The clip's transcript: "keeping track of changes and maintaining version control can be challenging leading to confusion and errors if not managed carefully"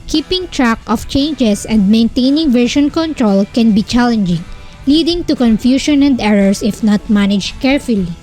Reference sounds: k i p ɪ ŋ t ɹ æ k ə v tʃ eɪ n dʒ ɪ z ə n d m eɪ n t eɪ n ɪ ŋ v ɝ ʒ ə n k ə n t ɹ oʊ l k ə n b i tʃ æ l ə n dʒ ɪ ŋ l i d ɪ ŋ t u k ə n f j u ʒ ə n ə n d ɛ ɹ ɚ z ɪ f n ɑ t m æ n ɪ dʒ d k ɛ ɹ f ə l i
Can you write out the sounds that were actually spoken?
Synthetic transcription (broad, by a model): k i p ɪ ŋ t ɹ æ k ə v tʃ eɪ n dʒ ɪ s ə n d m eɪ n t eɪ n ɪ ŋ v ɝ ʃ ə n k ə n t ɹ oʊ l k ə n b i tʃ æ l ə n dʒ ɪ ŋ l i d ɪ ŋ t u k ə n f j u ʃ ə n ə n d ɛ ɹ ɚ s ɪ f n ɑ t m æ n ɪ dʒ k ɛ ɹ f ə l i